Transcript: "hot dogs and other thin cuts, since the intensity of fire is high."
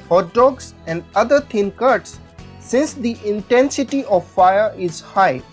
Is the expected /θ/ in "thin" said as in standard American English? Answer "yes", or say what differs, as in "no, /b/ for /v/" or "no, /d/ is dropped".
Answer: no, /t/ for /θ/